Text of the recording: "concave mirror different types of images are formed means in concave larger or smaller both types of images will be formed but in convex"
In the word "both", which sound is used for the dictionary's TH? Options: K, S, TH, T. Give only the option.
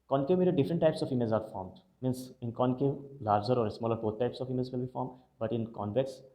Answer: T